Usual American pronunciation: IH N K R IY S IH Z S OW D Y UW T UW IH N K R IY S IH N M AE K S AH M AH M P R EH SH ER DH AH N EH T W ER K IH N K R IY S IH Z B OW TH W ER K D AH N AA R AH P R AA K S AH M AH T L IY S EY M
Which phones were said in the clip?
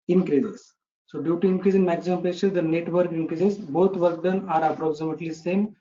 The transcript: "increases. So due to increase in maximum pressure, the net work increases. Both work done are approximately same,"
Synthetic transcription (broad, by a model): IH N K R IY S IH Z S OW D Y UW T UW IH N K R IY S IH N M AE K S AH M AH M P L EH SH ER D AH N EH T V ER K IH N K R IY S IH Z B OW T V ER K D AH N AA R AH P R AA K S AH M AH T L IY S EY M